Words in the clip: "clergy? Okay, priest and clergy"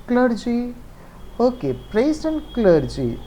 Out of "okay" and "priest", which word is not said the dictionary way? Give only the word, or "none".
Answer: priest